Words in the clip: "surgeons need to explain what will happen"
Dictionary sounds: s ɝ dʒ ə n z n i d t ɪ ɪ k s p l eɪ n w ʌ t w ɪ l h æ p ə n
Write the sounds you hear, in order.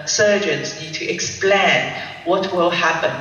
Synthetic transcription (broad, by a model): s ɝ dʒ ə n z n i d t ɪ ɪ k s p l eɪ n w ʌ t w ɪ l h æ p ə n